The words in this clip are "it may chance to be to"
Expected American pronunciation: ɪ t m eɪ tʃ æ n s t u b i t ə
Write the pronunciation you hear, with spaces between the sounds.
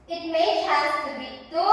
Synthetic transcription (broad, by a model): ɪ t m eɪ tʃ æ s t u b i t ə